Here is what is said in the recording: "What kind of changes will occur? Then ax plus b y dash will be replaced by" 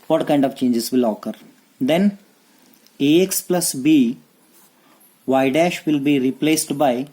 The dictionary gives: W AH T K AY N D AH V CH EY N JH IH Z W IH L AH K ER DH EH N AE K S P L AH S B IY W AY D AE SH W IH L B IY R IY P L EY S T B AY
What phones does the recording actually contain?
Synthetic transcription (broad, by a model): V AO T K AY N D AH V CH EY N JH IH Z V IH L AH K ER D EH N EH K S P L AH S B IY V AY D AE SH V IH L B IY R IY P L EY S T B AY